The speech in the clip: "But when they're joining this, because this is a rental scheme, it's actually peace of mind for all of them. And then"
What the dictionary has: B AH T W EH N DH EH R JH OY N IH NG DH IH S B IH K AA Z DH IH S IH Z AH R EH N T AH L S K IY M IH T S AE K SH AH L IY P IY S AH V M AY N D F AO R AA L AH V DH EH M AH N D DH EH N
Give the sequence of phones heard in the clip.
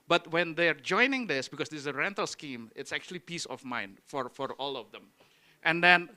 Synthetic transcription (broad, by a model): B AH T W EH N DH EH R JH OY N IH NG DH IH S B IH K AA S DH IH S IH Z AH R EH N T AH L S K IY M IH T S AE K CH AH L IY P IY S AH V M AY N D F AO R AA L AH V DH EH M AH N D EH N